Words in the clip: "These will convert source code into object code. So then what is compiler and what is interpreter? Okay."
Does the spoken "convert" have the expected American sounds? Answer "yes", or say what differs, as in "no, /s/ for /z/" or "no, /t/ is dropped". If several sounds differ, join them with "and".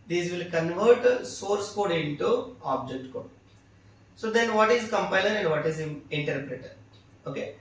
yes